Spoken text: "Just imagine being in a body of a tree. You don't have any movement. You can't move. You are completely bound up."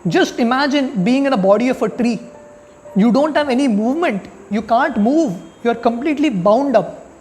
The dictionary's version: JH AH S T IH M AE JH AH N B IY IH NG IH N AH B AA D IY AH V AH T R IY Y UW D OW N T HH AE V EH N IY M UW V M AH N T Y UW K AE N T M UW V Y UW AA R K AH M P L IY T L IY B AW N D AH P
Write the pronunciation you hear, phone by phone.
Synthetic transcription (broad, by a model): JH AH S T IH M AE JH AH N B IY IH NG IH N AH B AA D IY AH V AH T R IY Y UW D OW N T HH AE V EH N IY M UW V M AH N T Y UW K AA N T M UW V Y UW AA R K AH M P L IY T L IY B AW N D AH P